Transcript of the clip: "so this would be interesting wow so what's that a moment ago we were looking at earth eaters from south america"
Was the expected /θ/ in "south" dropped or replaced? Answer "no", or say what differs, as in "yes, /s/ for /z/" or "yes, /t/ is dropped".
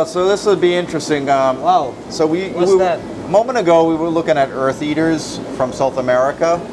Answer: no